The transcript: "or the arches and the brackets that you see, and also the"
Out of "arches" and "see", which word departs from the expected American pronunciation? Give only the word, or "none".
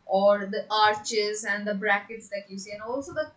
none